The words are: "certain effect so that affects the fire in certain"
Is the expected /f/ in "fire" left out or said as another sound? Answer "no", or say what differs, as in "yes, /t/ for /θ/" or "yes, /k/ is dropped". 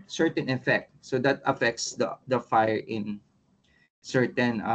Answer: no